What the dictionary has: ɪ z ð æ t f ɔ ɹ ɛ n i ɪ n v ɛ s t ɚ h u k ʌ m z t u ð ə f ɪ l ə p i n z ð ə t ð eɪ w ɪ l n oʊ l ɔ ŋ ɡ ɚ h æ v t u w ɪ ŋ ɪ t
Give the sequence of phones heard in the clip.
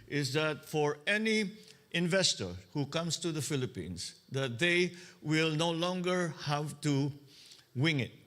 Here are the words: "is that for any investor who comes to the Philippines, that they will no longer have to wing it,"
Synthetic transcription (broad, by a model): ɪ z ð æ t f ɔ ɹ ɛ n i ɪ n v ɛ s t ɚ h u k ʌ m s t u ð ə f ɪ l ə p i n s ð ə t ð eɪ w ɪ l n oʊ l ɔ ŋ ɡ ɚ h æ v t u w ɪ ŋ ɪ t